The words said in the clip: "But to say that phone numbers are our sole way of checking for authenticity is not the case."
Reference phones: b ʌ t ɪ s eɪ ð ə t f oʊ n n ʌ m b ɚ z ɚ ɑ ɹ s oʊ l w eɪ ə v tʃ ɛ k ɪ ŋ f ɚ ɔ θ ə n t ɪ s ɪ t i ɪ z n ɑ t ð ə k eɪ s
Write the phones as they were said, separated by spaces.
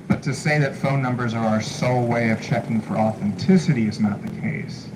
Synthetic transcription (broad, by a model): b ʌ t ɪ s eɪ ð ə t f oʊ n n ʌ m b ɚ z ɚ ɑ ɹ s oʊ w eɪ ə v tʃ ɛ k ɪ ŋ f ɚ ɔ θ ə n t ɪ s ɪ t i ɪ z n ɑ t ð ə k eɪ s